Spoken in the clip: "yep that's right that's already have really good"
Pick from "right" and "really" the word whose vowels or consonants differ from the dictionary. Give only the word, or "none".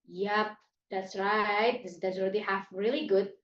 none